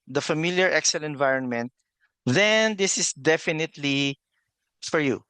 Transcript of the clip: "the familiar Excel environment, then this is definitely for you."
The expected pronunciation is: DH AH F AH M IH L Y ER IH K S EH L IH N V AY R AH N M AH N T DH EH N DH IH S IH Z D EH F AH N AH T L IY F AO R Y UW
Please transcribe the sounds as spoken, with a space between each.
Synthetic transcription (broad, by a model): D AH F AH M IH L Y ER IH K S EH L IH N V AY R AH N M AH N T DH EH N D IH S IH S D EH F AH N AH T L IY F AO R Y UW